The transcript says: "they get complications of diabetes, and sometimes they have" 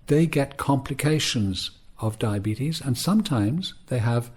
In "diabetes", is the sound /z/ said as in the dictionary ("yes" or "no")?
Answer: yes